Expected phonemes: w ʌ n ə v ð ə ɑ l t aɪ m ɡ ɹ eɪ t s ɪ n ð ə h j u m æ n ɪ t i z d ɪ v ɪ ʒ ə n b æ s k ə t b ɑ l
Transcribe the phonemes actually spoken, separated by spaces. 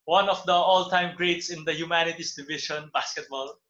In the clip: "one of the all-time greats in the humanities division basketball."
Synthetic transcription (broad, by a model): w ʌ n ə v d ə ɑ l t aɪ m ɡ ɹ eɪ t s ɪ n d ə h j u m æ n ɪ t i s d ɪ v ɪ ʃ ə n b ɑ s k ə t b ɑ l